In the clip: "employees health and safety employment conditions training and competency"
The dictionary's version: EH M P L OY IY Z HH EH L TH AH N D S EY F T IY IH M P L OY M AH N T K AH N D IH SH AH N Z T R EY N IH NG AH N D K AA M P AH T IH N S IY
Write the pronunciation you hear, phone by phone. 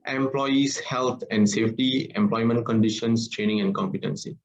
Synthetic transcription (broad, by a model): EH M P L OY IY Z HH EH L T AH N D S EY F T IY IH M P L OY M AH N T K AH N D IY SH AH N S T R EY N IH NG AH N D K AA M P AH T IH N S IY